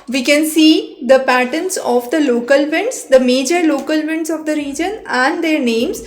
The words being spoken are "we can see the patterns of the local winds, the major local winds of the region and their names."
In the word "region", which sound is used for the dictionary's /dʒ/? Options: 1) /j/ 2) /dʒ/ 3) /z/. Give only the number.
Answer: 2